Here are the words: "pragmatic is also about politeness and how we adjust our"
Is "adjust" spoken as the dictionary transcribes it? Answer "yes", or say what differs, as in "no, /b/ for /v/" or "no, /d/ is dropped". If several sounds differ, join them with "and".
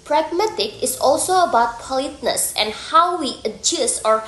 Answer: no, /t/ is dropped